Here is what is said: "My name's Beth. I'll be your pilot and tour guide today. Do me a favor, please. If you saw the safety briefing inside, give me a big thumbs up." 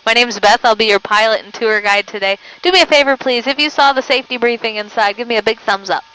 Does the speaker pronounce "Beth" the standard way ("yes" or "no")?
yes